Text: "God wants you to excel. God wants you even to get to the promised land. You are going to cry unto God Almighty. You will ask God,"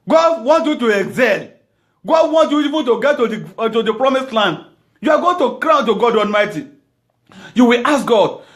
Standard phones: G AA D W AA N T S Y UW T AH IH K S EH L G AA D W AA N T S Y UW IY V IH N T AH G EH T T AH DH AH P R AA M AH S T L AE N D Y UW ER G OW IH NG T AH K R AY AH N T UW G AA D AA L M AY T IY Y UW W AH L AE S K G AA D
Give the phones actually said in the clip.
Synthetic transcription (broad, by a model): G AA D W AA N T Y UW T AH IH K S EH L G AA D W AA N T Y UW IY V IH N T AH G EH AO T AH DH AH P R AA M AH S T L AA N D Y UW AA G OW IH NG T AH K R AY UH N T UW G AA D AA L M AY T IY Y UW W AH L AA S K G AA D